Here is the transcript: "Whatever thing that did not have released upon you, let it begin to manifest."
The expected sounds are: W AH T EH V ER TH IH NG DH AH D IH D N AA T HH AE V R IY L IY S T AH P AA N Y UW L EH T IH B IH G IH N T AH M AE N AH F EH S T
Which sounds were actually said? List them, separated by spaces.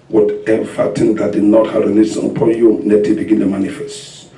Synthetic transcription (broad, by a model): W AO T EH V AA T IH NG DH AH D IH D N AA T HH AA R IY N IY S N AH P AA N Y UW N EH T IH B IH G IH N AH M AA N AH F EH S T